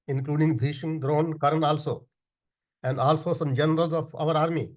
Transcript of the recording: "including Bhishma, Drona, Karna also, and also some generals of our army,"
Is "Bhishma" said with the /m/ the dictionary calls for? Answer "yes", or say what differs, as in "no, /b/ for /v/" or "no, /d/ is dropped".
no, /m/ is dropped